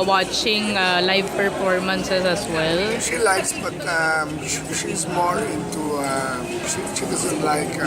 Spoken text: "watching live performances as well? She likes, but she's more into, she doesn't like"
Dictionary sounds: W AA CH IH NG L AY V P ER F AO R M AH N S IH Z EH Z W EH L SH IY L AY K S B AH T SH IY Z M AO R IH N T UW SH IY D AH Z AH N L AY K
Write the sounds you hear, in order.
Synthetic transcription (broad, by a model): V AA CH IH NG L AY V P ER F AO R M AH N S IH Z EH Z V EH L SH IY L AY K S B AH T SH IY S M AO L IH N T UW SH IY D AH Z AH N L AY K